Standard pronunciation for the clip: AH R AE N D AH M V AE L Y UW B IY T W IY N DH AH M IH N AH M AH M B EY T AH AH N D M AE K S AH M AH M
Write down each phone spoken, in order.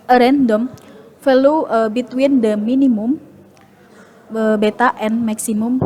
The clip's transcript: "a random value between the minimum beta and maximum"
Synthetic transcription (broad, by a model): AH R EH N D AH M F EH L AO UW B IY T W IY N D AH M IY N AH M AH M B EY T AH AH N M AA K S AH M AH M